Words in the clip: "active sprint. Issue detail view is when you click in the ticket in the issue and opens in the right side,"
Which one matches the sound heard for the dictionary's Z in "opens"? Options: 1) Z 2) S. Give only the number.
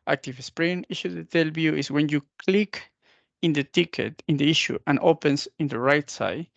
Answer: 2